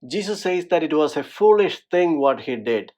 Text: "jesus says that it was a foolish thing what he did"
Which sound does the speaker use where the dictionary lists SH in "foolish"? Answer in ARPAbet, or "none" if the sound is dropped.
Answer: SH